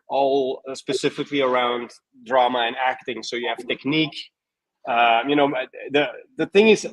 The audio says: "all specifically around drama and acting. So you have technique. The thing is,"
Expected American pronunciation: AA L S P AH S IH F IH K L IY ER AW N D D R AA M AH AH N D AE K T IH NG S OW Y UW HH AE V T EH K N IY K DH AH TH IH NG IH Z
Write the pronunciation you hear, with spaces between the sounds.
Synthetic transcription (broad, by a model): AA L S P AH S IH F IH K L IY ER AW N D D R AA M AH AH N AE K T IH NG S OW Y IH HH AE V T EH K N IY K DH AH TH IH NG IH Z